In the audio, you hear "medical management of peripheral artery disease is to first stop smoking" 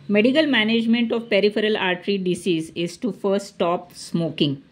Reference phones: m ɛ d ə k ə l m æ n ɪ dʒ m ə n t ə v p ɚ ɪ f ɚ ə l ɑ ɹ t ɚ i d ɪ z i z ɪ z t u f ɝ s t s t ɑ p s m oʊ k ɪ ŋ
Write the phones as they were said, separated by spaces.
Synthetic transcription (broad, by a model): m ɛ d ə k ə l m æ n ɪ dʒ m ə n t ə v p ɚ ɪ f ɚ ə l ɑ ɹ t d i d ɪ s i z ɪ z t u f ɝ t s t ɑ p s m oʊ k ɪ ŋ